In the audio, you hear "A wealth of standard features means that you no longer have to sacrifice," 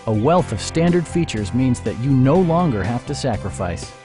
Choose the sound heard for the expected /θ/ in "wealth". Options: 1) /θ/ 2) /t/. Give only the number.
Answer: 1